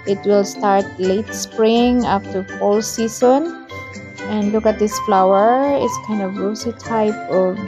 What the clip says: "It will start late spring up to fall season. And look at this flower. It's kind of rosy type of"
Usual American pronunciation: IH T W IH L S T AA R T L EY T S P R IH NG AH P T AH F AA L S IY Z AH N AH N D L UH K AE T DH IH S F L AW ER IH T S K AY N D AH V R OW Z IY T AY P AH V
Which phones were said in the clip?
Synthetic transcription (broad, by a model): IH T W IH L S T AA R T L EY T S P R IH NG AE F T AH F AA L S IY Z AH N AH N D L UH K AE T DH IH S F L AW ER IH T S K AY N D AH V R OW S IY T AY P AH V